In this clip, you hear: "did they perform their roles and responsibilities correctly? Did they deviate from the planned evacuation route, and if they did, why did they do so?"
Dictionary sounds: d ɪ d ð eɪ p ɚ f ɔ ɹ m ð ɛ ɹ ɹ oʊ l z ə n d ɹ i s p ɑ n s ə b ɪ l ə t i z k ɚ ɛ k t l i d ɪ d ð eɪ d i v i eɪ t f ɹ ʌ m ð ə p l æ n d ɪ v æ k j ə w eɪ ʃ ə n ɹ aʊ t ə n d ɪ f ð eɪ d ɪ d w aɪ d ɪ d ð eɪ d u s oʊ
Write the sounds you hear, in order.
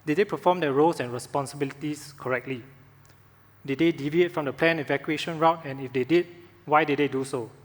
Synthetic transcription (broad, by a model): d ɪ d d eɪ p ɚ f ɔ m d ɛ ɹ ɹ oʊ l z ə n ɹ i s p ɑ n s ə b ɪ l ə t i s k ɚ ɛ k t l i d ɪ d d eɪ d i v i eɪ t f ɹ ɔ m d ə p l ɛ n ɪ v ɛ k j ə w eɪ ʃ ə n ɹ aʊ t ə n ɪ f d eɪ d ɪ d w aɪ d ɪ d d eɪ d u s oʊ